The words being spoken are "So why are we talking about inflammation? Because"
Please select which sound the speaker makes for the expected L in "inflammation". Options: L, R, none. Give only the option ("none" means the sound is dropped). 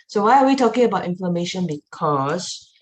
none